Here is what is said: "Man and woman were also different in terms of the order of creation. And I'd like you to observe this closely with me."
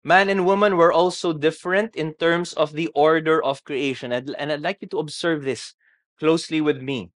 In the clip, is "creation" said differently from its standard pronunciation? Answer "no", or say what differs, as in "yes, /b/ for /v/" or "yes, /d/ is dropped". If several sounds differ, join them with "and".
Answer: no